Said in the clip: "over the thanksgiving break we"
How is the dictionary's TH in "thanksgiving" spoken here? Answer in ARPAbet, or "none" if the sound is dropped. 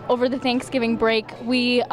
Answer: TH